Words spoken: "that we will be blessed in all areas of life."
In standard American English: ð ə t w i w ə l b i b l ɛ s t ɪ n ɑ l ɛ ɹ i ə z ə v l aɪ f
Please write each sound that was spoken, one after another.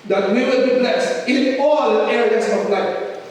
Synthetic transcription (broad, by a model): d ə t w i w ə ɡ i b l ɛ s ɪ n ɑ l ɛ ɹ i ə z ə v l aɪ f